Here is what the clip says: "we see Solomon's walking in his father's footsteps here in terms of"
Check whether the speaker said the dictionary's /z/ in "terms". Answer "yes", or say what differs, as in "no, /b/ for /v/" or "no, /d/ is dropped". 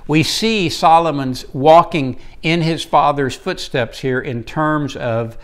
yes